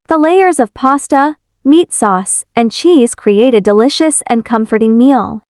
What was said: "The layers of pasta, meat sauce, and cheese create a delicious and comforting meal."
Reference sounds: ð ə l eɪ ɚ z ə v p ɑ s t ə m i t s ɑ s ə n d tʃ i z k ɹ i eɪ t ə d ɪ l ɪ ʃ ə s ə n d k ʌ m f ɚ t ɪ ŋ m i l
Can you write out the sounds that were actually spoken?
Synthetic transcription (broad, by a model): ð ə l eɪ ɚ z ə v p ɑ s t ə m i t s ɑ s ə n tʃ i z k ɹ i eɪ t ə d ɪ l ɪ ʃ ə s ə n k ʌ m f ɚ t ɪ ŋ m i l